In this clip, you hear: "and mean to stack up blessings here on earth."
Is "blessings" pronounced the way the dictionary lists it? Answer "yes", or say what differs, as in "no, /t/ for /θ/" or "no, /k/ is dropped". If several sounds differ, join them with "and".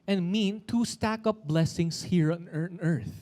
no, /s/ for /z/